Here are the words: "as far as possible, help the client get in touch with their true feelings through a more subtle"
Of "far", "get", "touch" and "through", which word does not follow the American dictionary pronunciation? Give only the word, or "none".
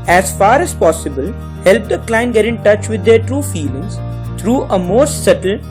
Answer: through